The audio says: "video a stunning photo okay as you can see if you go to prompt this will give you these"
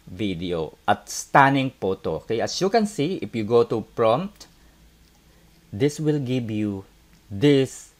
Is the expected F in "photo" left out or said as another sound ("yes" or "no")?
yes